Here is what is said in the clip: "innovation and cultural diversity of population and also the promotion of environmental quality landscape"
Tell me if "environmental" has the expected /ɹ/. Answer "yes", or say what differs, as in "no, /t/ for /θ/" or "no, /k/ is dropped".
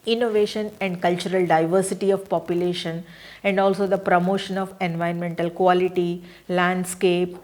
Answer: no, /ɹ/ is dropped